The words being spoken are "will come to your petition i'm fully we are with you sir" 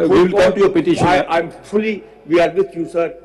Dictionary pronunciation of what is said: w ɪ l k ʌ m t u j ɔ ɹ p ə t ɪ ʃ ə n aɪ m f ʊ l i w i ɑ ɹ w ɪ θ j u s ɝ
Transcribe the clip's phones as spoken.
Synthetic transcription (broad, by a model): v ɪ l k ʌ m t u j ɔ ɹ p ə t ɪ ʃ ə aɪ m f ʊ l i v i ɑ ɹ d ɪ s j u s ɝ